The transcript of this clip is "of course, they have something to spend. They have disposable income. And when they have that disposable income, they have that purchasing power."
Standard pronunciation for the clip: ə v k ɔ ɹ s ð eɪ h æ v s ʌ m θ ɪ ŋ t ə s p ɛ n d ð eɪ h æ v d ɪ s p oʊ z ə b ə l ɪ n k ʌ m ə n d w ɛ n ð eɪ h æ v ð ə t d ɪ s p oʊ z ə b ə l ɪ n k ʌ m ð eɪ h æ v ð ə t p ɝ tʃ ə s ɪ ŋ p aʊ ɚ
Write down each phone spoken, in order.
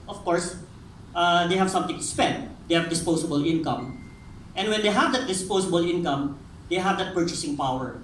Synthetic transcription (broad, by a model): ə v k ɔ ɹ s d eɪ h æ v s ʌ m t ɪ ŋ t ə s p ɛ n d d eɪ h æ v d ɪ s p oʊ s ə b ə l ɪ n k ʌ m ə n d w ɛ n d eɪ h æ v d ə t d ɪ s p oʊ s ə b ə l ɪ n k ʌ m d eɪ h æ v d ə t p ɝ tʃ ə s ɪ ŋ p aʊ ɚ